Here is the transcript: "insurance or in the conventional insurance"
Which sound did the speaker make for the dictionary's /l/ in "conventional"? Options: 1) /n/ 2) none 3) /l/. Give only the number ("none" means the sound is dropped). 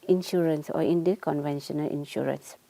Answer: 3